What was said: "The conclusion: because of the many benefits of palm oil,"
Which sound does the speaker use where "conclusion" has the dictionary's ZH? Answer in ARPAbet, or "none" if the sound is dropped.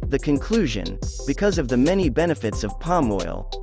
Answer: ZH